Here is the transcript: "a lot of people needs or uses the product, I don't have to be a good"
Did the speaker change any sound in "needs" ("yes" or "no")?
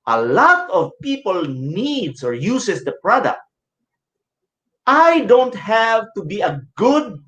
yes